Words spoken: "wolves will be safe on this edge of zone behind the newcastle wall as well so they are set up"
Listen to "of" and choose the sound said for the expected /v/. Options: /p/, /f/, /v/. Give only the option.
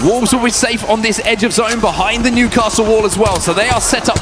/v/